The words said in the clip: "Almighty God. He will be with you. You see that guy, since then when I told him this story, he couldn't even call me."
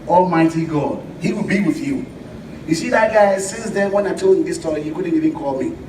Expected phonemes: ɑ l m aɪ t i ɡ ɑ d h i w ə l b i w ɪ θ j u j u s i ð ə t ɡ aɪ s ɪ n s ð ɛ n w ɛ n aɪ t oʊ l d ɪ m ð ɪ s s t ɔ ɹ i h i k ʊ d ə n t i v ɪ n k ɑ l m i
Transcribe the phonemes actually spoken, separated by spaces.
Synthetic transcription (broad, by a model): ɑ l m aɪ t i ɡ ɑ d h i w ə l b i w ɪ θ j u j u s i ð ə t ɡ aɪ s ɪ n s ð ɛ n w ɛ n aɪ t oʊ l ɪ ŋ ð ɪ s s t ɔ ɹ i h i k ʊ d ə n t i v ɪ n k ɑ l m i